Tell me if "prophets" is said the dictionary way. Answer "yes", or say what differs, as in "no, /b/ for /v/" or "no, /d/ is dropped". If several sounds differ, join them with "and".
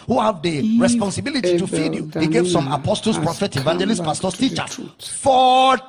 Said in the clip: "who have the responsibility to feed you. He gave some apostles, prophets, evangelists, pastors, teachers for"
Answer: no, /s/ is dropped